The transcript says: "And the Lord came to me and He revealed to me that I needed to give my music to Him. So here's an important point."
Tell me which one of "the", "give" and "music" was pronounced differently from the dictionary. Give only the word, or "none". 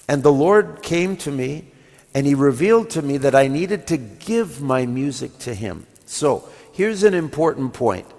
none